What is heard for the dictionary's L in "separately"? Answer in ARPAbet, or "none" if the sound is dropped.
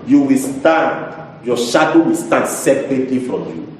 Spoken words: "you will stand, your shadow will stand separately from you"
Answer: L